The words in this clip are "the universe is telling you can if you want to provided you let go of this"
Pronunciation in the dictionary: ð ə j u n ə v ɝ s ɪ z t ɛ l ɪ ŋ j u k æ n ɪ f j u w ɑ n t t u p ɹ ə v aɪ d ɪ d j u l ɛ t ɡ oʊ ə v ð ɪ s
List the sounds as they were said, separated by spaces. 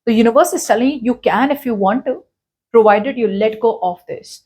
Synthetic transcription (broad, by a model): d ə j u n ə v ɝ s ɪ z s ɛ l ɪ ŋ j u k æ n ɪ f j u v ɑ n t t u p ɹ ə v aɪ d ɪ d j u l ɛ t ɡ oʊ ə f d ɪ s